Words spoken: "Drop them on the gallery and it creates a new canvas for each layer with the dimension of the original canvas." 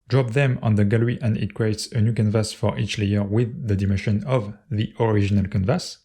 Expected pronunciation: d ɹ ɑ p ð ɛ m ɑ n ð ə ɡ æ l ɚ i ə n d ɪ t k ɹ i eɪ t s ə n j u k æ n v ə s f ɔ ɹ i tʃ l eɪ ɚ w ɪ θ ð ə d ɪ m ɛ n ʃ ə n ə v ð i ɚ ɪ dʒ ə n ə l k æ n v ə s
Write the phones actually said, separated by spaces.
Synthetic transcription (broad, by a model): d ɹ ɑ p ð ɛ m ɑ n ð ə ɡ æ l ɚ i ə n d ɪ t k ɹ i eɪ t s ə n j u k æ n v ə s f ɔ ɹ i tʃ l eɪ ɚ w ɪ ð ə d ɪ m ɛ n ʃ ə n ə v ð i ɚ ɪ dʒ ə n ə l k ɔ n v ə s